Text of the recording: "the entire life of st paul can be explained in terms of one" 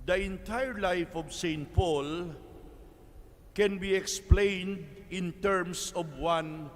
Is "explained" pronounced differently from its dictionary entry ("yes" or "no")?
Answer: no